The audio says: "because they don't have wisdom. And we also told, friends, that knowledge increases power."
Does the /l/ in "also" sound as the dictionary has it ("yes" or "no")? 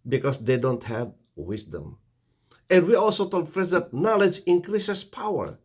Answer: yes